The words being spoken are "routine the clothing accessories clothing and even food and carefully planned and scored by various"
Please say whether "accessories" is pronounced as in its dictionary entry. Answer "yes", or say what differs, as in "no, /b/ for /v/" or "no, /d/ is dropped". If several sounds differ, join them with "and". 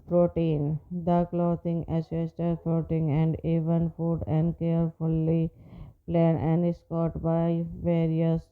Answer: no, /k/ is dropped